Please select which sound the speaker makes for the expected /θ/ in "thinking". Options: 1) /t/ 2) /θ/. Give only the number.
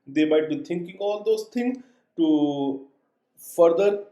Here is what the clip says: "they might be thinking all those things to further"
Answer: 1